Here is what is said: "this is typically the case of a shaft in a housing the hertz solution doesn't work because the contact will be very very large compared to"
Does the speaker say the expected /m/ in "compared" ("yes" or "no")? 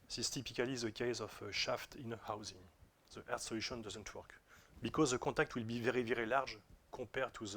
no